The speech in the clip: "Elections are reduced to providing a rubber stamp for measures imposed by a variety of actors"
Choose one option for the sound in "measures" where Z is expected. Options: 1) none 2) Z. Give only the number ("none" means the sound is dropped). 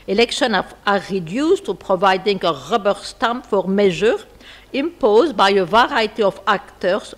1